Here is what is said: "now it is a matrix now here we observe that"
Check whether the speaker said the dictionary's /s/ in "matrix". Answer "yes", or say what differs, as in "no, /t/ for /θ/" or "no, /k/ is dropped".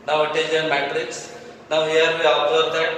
yes